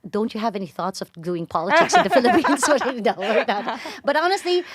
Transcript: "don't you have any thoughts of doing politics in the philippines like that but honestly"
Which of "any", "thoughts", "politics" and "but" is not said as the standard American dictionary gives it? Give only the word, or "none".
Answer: none